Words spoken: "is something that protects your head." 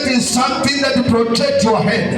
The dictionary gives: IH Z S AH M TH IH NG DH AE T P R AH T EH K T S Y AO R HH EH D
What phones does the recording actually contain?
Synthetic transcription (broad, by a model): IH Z S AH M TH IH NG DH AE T P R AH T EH K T Y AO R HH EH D